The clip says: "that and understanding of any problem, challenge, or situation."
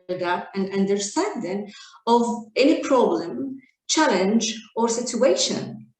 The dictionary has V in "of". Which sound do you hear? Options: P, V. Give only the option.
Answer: V